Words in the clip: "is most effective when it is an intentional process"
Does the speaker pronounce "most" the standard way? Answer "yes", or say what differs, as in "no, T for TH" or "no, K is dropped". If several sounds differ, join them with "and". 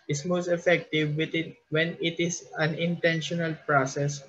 yes